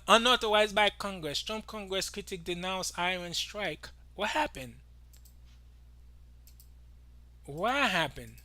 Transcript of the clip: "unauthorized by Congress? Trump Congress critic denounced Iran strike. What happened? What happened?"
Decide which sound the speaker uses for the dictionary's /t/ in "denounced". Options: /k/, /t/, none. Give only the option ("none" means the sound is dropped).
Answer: none